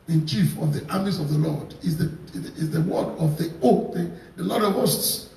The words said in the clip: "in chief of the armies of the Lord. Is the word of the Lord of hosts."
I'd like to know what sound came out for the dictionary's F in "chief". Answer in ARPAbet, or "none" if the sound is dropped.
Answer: F